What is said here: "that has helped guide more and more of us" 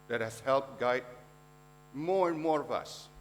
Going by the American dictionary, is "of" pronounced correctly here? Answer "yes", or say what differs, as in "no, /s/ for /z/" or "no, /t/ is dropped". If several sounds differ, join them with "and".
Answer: yes